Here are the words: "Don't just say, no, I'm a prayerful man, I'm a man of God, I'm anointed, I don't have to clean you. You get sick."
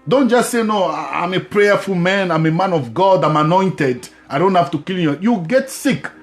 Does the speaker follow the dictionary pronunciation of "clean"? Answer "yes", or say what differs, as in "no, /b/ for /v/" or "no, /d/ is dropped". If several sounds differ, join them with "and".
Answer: no, /l/ is dropped